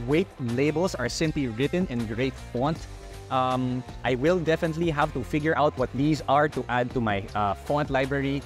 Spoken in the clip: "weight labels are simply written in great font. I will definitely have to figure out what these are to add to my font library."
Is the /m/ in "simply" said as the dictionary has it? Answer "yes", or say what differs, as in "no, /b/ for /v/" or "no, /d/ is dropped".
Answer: yes